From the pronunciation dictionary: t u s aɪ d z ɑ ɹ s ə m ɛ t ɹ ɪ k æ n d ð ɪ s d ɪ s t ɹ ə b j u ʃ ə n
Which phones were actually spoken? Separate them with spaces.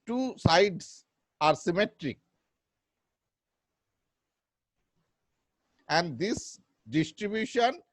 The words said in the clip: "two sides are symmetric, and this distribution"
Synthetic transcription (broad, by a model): t u s aɪ d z ɑ ɹ s ə m ɛ t ɹ ɪ k æ n d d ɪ s d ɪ s t ɹ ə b j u ʃ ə n